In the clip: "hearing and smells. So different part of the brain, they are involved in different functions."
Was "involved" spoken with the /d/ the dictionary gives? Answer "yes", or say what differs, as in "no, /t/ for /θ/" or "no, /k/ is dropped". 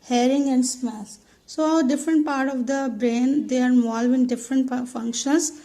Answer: no, /d/ is dropped